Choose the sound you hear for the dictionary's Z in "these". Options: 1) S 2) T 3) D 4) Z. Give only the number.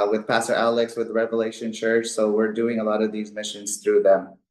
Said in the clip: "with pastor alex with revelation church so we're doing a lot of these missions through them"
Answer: 4